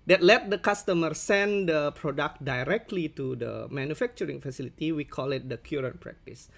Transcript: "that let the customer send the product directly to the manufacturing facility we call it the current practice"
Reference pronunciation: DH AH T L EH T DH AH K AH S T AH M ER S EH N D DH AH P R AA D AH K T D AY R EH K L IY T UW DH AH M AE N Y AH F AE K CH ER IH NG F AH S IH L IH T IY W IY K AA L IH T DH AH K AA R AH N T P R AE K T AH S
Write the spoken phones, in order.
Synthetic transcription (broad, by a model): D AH T L EH T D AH K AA S T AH M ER S EH N D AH P R AA D AH K T D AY R EH K L IY T UW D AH M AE N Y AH F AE K CH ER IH NG F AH S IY L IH T IY W IY K AA L IH T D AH K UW R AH N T P R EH K T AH S